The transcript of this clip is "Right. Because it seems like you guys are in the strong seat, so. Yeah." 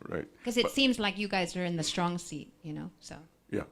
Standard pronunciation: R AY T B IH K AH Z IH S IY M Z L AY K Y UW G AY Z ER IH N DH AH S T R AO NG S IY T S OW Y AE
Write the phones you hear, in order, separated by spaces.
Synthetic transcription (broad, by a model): R AY T K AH Z IH S IY M Z L AY K Y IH G AY Z ER IH N DH AH S T R AO NG S IY T S OW Y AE